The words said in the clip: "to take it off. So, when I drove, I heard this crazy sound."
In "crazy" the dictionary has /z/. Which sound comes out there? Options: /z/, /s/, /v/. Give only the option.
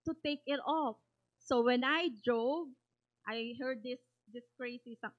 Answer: /s/